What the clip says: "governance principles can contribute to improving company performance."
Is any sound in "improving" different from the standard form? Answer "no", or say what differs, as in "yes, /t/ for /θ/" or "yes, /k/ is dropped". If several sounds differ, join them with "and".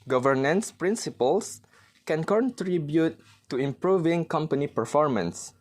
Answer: no